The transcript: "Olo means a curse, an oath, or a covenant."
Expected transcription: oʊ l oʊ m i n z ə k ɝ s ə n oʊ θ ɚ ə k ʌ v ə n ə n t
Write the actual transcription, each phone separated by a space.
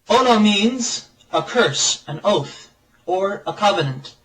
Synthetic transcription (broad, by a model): oʊ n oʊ m i n z ə k ɝ s ə n oʊ θ ɚ ə k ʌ v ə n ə n t